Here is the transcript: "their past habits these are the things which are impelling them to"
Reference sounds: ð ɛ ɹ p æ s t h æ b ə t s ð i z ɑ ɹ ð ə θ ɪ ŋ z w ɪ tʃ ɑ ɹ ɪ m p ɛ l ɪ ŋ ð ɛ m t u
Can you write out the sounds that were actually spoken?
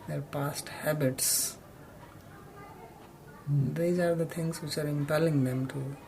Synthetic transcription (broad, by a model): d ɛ ɹ p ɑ s t h æ b ə t s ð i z ɑ ɹ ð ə t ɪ ŋ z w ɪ tʃ ɑ ɹ ɪ m p ɛ l ɪ ŋ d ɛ m t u